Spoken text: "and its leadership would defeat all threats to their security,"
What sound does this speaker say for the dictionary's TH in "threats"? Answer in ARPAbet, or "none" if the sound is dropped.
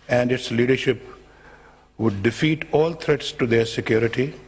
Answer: T